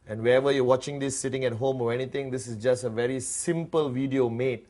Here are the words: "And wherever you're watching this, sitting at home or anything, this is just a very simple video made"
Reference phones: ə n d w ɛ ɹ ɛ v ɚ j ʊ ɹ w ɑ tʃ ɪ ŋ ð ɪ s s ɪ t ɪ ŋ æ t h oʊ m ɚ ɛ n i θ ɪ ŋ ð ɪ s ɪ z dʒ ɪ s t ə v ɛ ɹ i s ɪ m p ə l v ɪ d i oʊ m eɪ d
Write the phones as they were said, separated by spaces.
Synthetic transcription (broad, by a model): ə n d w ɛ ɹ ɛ v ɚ j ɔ w ɑ tʃ ɪ ŋ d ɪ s s ɪ t ɪ ŋ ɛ t h oʊ m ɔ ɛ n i t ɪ ŋ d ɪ s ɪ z dʒ ɪ s t ə v ɛ ɹ i s ɪ m p ə l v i d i oʊ m eɪ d